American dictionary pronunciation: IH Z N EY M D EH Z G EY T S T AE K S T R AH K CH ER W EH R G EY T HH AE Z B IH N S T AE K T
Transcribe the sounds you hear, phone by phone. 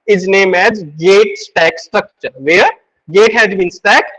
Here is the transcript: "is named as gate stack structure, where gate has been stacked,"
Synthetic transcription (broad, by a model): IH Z N EY M EH Z G EY T S T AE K S T R AH K CH ER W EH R G EY T HH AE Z B IH N S T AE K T